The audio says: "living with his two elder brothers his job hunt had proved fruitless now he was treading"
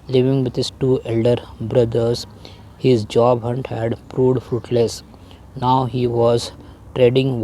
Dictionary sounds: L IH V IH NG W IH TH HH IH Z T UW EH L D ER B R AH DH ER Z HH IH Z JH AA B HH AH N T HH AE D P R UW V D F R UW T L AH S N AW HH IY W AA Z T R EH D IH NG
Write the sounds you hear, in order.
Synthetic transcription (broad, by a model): L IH V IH NG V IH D HH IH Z T UW EH L D ER B R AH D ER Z HH IH Z JH AA B HH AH N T HH AE D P R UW D F R UW T L AH S N AW HH IY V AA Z T R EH D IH NG